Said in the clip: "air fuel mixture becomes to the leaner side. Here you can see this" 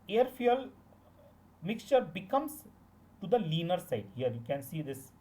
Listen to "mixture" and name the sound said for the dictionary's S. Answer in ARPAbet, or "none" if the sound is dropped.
S